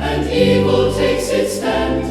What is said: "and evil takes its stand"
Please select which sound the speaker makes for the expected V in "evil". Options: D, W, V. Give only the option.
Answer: W